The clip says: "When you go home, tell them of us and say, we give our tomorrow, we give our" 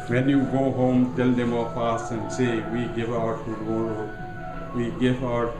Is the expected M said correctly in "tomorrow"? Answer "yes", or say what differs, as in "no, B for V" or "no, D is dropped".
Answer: no, M is dropped